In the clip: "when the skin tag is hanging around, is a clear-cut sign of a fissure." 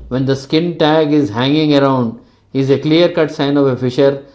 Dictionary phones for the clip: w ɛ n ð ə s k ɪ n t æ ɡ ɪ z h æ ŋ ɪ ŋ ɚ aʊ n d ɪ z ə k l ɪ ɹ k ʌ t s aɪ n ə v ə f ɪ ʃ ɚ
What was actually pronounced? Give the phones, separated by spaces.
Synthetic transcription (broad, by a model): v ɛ n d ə s k ɪ n t æ ɡ ɪ z h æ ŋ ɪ ŋ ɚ aʊ n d ɪ z ə k l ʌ ɹ k ʌ t s aɪ n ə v ə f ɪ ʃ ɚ